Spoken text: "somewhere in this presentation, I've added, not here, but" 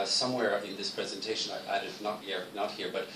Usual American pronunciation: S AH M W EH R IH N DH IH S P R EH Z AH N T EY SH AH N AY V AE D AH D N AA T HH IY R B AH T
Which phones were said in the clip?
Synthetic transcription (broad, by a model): S AH M W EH R IH N DH IH S P R EH Z AH N T EY SH AH N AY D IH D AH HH N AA T HH IY R B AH T